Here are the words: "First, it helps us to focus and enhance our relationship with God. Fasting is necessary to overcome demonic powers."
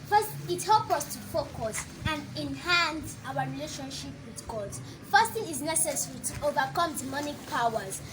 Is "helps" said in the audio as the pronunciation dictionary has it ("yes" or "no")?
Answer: no